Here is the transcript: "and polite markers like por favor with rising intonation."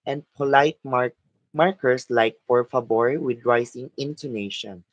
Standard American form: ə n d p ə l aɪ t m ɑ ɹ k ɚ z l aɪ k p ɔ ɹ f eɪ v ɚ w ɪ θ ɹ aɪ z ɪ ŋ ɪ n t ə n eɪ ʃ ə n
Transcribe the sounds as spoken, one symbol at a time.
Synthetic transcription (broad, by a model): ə n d p ə l aɪ t m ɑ ɹ k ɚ s l aɪ k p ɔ ɹ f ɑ b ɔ w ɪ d ɹ aɪ s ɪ ŋ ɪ n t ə n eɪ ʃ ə n